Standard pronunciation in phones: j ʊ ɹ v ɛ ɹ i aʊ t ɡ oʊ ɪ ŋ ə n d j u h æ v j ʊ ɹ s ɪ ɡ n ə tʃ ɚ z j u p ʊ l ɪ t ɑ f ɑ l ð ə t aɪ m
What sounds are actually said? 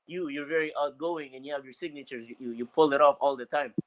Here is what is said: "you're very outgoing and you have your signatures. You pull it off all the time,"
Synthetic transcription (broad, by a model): j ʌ ɹ v ɛ ɹ i aʊ t ɡ oʊ ɪ ŋ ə n j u h æ v j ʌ ɹ s ɪ ɡ n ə tʃ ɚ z j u p ʊ l ɪ t ɑ f ɑ l ð ə t aɪ m